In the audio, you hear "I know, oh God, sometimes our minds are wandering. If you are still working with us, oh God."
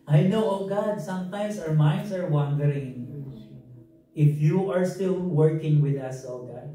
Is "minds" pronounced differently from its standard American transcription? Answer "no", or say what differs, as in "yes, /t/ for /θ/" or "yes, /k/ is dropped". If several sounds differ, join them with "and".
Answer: yes, /s/ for /z/